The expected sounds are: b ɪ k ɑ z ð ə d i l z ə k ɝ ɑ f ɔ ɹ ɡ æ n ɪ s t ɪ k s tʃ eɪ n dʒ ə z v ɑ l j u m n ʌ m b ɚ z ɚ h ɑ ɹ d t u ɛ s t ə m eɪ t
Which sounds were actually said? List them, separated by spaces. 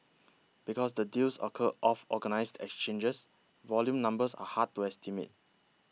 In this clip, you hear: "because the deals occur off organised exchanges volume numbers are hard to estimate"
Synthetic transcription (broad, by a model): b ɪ k ɑ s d ə d i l s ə k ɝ ɑ f ɔ ɡ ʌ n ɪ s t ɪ k s tʃ eɪ n dʒ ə s v ɑ l j u m n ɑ m b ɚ s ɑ h ɑ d t u ɛ s t ə m eɪ t